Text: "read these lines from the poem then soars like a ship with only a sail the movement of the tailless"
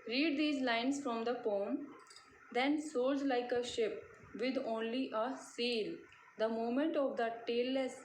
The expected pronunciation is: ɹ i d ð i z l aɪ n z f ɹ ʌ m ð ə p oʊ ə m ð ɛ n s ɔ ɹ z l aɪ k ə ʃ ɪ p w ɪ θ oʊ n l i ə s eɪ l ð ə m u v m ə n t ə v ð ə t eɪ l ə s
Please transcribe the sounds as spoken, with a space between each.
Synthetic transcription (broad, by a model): ɹ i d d i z l aɪ n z f ɹ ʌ m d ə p oʊ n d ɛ n s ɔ l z l aɪ k ə ʃ ɪ p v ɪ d oʊ n l i ə s eɪ l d ə m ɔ m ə n t ə v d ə t eɪ l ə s